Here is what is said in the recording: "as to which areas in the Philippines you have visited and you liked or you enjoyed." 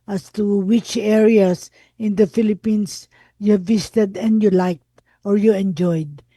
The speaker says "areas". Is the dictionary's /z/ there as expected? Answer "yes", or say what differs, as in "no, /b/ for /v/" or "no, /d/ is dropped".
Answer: no, /s/ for /z/